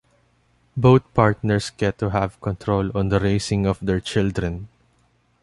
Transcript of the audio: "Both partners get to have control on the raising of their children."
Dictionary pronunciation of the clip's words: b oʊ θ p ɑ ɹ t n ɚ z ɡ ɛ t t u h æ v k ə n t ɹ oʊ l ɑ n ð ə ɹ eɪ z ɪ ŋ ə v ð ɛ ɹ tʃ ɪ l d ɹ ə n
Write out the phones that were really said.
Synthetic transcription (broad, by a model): b oʊ t p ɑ ɹ t n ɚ s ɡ ɛ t t u h æ v k ə n t ɹ oʊ l ɑ n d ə ɹ eɪ s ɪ ŋ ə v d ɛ ɹ tʃ ɪ l d ɹ ə n